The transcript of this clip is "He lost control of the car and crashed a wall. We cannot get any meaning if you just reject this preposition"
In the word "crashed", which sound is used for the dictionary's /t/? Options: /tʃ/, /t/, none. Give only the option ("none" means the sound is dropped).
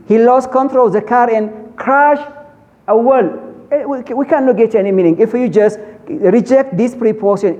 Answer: none